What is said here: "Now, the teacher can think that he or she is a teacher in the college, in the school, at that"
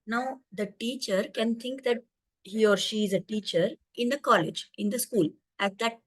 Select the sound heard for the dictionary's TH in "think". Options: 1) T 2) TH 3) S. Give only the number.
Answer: 1